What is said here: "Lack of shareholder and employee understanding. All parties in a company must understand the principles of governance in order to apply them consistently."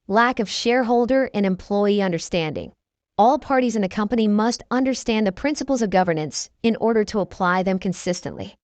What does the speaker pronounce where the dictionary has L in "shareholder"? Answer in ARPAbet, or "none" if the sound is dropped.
L